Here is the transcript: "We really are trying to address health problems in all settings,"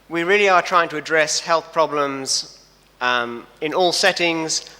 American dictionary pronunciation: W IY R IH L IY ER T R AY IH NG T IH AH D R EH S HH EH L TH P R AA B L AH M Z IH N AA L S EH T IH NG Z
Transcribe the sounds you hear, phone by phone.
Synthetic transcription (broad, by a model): W IY R IH L IY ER T R AY IH NG T IH AH D R EH S HH EH L TH P R AA B L AH M Z IH N AA L S EH T IH NG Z